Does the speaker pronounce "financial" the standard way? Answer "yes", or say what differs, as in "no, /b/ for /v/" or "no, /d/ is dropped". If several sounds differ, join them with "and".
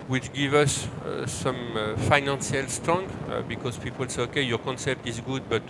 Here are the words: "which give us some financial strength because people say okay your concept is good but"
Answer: no, /s/ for /ʃ/